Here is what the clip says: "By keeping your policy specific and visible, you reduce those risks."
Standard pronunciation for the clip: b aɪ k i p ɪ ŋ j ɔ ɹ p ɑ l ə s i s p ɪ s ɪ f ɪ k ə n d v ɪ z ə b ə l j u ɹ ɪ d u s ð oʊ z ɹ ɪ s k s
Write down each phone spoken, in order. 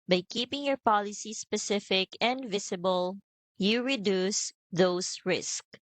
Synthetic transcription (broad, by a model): b aɪ k i p ɪ ŋ j ɔ ɹ p ɑ l ə s i s p ɪ s ɪ f ɪ k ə n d v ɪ s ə b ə l j u ɹ ɪ d u s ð oʊ s ɹ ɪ s k